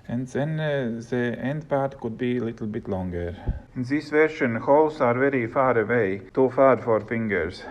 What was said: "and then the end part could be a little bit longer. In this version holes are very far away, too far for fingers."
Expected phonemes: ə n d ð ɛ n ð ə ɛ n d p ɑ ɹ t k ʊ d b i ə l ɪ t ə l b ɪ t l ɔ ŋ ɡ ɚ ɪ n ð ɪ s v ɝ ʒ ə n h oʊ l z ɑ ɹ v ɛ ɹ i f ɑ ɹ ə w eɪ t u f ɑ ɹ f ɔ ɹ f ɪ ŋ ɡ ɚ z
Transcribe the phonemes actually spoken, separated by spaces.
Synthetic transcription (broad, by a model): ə n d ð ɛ n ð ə ɛ n d p ɑ ɹ t k ʊ d b i ə l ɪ t l b ɪ t l ɔ ŋ ɡ ɚ ɪ n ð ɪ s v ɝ ʃ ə n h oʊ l s ɑ ɹ v ɛ ɹ i f ɑ ɹ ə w eɪ t u f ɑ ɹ f ɔ ɹ f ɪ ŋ ɡ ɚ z